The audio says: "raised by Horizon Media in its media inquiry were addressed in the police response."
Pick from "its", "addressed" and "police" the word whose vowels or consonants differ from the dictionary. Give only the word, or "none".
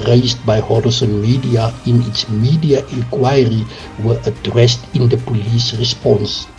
none